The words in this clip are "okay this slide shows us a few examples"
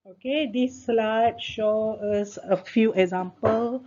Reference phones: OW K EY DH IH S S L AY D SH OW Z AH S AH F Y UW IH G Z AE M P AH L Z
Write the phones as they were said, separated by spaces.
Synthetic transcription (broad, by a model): OW K EY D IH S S L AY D SH OW AH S AH F Y UW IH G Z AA M P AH L